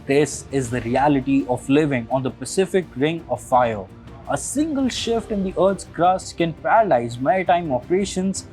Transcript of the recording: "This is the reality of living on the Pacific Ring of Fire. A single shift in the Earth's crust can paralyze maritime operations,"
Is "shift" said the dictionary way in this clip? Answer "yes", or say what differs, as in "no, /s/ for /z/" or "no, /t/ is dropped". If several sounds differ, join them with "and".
yes